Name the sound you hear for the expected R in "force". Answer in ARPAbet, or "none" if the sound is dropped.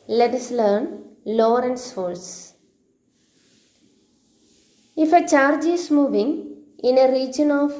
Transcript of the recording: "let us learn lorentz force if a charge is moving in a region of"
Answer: L